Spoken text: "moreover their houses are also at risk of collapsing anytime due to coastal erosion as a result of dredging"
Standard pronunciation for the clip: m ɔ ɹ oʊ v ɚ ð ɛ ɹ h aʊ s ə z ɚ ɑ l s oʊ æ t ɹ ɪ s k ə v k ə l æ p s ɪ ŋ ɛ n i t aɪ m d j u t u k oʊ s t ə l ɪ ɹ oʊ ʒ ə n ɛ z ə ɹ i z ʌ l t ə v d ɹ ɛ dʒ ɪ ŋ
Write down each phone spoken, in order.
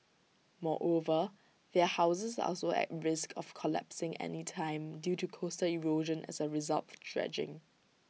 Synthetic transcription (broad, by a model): m ɔ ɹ oʊ v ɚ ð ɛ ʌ h aʊ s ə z ɑ l s oʊ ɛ t ɹ ɪ s k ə f k ə l æ p s ɪ ŋ ɛ n i t aɪ m d j u t u k oʊ s t ə l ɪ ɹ oʊ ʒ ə n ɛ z ə ɹ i z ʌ l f d ɹ ɛ dʒ ɪ ŋ